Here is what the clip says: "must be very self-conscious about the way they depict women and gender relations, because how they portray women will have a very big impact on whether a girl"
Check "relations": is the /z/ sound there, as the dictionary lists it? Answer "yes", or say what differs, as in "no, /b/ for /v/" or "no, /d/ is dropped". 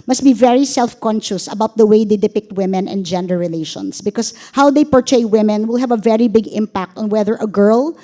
no, /s/ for /z/